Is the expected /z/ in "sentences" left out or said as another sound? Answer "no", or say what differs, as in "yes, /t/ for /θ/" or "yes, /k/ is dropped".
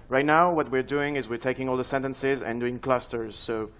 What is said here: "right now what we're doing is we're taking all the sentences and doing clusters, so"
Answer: no